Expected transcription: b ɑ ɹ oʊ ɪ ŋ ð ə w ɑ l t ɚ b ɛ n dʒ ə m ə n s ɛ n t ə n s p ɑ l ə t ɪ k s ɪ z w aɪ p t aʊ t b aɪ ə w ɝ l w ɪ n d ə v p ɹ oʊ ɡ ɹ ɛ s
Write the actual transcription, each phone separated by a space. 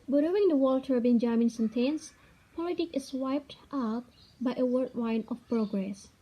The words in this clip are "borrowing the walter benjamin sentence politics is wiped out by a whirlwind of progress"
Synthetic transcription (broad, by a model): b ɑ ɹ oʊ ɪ ŋ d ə w ɑ l t ɚ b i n dʒ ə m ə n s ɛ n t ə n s p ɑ l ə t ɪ k ɪ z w aɪ p t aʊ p b aɪ ə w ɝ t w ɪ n ə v p ɹ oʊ ɡ ɹ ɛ s